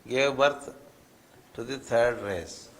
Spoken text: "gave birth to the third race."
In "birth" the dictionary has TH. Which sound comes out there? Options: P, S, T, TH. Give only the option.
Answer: T